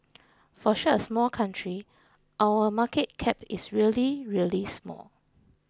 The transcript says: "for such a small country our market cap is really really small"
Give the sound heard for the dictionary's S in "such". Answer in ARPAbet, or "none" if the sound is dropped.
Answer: SH